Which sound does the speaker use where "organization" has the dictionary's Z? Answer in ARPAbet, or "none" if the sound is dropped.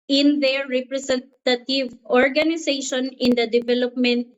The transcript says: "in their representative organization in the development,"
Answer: S